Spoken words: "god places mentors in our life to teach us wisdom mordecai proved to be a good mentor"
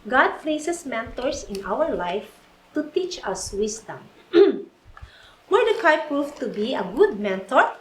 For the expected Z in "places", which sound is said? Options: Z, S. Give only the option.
S